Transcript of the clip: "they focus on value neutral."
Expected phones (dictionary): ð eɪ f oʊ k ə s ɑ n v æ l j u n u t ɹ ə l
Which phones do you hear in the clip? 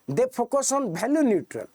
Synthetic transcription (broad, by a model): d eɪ p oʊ k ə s ɑ n b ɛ l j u n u t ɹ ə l